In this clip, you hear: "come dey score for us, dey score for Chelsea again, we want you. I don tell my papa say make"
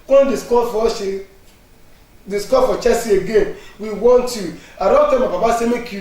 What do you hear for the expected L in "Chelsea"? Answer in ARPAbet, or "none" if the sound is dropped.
none